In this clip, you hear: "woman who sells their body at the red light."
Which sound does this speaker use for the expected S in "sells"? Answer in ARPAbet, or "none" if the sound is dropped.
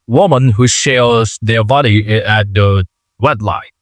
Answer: SH